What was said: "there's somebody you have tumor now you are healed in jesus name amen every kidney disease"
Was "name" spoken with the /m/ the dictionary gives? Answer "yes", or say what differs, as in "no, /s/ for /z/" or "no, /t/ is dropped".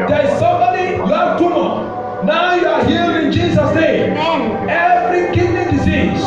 no, /m/ is dropped